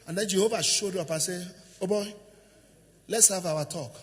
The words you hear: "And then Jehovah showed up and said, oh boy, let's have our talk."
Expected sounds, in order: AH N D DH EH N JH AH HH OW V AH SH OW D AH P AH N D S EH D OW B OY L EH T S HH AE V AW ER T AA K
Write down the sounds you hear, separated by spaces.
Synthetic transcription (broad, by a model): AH N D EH N JH AH HH OW V AH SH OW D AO P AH S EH OW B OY L EH T S HH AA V AW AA T AA K